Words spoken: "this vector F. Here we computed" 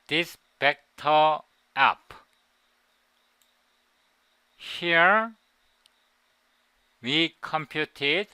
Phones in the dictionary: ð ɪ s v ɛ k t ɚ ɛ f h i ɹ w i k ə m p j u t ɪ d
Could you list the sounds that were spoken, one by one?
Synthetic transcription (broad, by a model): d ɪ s p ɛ k t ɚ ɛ p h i ɹ w i k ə m p j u t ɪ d